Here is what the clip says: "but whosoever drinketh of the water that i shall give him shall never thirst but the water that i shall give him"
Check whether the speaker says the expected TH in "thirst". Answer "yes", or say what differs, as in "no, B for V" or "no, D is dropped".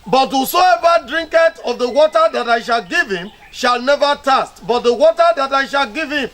no, T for TH